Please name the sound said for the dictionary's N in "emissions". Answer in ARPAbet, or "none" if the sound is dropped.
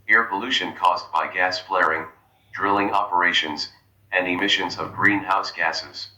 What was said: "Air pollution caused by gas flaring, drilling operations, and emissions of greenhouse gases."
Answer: N